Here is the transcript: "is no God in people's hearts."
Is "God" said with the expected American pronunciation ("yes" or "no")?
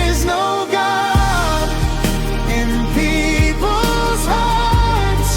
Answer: no